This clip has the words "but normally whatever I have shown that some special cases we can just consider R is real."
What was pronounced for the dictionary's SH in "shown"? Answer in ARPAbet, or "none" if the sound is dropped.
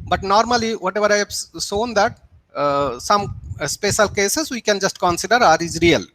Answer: S